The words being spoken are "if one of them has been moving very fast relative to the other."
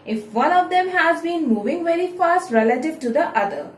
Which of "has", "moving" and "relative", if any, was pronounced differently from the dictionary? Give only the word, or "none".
none